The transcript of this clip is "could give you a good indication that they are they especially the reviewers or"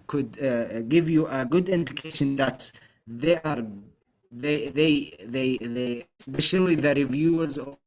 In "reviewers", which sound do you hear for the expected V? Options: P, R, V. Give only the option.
V